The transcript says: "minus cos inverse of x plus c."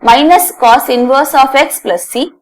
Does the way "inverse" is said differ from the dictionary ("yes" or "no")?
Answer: no